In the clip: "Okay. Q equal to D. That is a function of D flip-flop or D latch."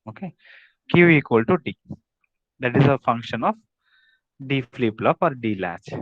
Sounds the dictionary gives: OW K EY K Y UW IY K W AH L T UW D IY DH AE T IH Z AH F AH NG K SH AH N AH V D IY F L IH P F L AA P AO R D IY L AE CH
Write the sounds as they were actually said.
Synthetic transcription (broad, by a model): OW K EY K Y UW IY K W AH L T UW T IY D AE T IH Z AH F AH NG K SH AH N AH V D IY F L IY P L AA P AO R D IY L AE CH